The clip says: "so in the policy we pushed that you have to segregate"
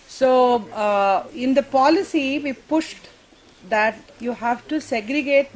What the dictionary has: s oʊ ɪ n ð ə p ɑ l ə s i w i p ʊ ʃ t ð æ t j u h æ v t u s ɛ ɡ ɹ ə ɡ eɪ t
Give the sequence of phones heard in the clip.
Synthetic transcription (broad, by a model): s oʊ ɪ n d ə p ɑ l ə s i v i p ʊ ʃ t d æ t j u h æ v t u s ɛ ɡ ɹ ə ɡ eɪ t